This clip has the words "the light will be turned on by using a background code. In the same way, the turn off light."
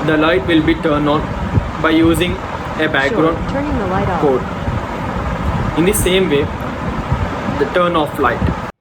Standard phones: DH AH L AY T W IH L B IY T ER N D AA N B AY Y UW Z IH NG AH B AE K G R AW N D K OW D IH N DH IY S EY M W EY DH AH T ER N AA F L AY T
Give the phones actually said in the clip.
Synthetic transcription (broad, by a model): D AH L AY T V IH L B IY T ER N D AA N B AY Y UW Z IH NG AH B AE K G R AW N D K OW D IH N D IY S EY M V EY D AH T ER N AA F L AY T